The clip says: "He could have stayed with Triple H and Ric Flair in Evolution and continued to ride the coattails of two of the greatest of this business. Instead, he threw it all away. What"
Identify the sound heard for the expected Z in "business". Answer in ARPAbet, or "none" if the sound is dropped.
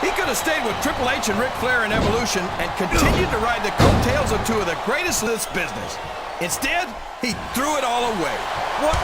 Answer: Z